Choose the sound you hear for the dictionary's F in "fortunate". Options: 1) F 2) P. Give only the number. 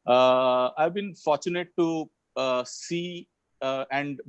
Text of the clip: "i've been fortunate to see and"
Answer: 1